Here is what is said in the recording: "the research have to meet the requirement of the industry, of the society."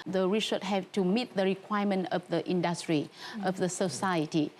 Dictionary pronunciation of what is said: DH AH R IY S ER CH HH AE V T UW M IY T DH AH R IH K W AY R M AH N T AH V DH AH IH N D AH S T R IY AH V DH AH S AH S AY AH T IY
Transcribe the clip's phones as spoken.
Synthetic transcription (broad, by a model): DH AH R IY SH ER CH HH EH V T UW M IY T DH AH R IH K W AY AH M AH N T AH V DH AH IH N D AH S T R IY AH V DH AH S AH S AY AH T IY